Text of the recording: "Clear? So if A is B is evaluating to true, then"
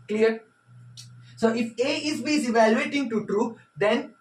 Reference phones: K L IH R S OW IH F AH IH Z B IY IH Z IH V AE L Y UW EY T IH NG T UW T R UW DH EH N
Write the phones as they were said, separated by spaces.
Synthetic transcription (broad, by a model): K L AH R S OW IH F AH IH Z B IY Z IH V AE L Y UW EY T IH NG T UW T R UW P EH N